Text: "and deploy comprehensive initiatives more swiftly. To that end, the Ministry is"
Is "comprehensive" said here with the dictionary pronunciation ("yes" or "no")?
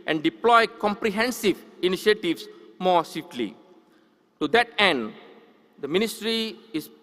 yes